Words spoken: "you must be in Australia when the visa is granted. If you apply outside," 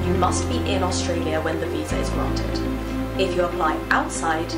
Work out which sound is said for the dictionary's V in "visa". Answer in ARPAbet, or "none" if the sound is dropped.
V